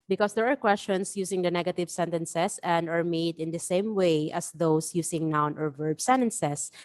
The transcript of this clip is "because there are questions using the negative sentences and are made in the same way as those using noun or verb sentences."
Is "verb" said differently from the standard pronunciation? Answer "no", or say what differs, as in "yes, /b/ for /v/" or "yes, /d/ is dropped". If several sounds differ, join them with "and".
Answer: no